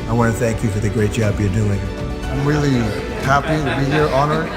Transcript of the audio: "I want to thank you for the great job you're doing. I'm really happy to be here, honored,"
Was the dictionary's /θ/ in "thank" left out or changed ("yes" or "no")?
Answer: no